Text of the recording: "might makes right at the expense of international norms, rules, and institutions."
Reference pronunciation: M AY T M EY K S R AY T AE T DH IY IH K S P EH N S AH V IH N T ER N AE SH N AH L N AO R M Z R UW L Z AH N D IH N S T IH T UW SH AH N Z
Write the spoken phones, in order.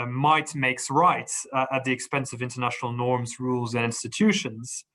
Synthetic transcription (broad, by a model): M AY T M EY K S R AY T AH T DH IY IH K S P EH N S AH V IH N T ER N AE SH N L N AO R M Z R UW L Z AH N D IH N S T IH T UW SH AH N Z